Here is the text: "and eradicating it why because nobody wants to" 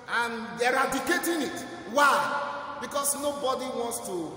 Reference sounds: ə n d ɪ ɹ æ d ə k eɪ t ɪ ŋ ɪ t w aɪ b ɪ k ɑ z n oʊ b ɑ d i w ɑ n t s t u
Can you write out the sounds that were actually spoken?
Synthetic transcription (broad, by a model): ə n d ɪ ɹ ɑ d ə k eɪ t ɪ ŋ ɪ t w aɪ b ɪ k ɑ s n oʊ b ɑ d i w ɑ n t s t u